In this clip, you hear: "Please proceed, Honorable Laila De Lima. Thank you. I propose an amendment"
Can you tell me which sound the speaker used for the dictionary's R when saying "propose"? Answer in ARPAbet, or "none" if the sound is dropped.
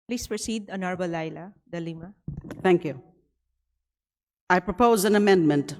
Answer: R